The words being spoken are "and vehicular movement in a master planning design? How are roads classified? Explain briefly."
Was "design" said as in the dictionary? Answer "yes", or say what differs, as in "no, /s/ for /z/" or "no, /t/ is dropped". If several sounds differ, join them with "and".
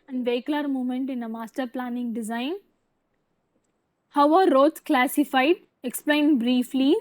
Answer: yes